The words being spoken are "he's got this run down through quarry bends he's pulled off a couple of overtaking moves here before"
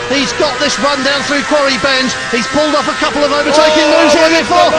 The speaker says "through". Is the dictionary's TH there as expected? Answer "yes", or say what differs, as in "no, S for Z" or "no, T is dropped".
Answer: yes